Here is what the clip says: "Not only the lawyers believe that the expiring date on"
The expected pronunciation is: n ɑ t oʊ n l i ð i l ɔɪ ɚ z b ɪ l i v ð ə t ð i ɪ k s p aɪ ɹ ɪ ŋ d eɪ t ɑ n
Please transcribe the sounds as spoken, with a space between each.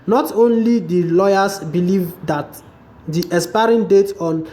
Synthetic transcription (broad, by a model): n ɑ t oʊ n l i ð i l ɔɪ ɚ s b ɪ l i v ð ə t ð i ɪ s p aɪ ɹ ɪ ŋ d eɪ t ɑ n